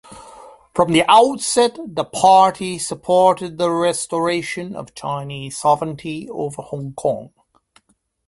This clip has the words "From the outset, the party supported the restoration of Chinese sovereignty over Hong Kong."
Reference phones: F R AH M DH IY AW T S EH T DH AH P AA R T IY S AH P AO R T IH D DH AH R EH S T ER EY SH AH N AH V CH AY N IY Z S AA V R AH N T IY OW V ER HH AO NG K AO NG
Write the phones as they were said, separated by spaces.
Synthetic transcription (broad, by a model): F R AH M DH IY AW T S EH T DH AH P AA R T IY S AH P AO R T IH D DH AH R EH S T ER EY SH AH N AH V CH AY N IY Z S AA V R AH N T IY OW V ER HH AO NG K AO NG